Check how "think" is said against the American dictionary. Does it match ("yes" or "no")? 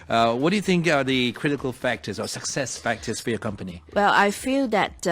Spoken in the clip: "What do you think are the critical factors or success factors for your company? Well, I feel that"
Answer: yes